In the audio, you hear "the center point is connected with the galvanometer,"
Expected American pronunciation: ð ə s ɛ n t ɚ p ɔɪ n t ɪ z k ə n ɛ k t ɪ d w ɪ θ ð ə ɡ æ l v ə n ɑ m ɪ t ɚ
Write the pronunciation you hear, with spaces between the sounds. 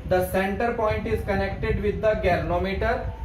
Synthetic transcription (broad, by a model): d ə s ɛ n t ɚ p ɔɪ n t ɪ z k ə n ɛ k t ɪ d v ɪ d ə ɡ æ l n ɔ m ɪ t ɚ